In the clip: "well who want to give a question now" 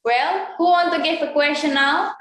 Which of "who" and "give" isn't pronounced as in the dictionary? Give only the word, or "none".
give